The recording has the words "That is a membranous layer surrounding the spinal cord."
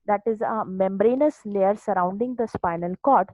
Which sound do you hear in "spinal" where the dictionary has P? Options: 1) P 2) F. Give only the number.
1